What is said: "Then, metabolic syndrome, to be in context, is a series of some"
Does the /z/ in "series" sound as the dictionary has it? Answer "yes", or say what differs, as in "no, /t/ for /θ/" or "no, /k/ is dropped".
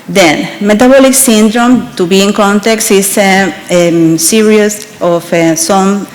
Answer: no, /s/ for /z/